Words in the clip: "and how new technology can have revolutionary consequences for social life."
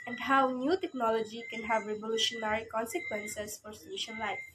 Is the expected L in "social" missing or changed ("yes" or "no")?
yes